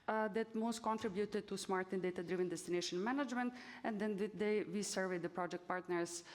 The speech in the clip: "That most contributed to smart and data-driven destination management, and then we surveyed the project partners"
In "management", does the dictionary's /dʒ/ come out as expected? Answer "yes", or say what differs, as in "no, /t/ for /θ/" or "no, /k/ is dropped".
yes